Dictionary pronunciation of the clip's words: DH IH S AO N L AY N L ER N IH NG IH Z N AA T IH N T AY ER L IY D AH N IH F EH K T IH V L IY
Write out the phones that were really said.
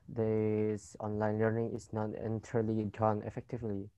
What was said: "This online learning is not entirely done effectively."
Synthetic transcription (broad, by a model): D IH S AO N L AY N L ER N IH NG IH S N AA T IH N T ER L IY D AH N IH F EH K T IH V L IY